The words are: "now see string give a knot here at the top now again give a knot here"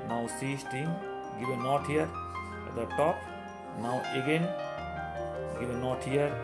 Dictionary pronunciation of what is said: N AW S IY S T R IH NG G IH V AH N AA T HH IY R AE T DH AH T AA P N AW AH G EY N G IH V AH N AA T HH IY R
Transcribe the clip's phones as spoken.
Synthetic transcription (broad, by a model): N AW S IY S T IH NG G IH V AH N AA T HH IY R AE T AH T AA P N AW AH G EY N G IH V AH N AA T HH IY R